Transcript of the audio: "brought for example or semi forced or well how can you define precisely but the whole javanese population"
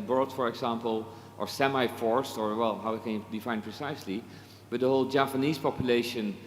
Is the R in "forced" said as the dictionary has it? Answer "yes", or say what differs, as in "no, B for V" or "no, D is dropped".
yes